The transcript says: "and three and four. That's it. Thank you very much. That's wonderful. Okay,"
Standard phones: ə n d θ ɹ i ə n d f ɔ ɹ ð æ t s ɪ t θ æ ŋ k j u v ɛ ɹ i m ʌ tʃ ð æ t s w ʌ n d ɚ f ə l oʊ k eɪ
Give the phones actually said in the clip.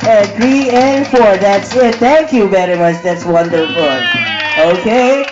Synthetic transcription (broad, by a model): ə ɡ ɹ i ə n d f ɔ ɹ ð æ t s ɪ t θ æ ŋ k j u b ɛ ɹ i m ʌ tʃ ð æ t s w ʌ n d ɚ f ə l oʊ k eɪ